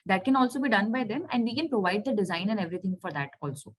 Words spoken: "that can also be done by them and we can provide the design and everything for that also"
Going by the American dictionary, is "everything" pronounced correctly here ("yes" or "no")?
no